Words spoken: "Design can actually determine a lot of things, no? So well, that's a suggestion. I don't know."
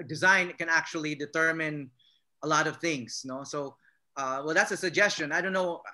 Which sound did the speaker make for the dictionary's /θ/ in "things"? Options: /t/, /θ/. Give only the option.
/θ/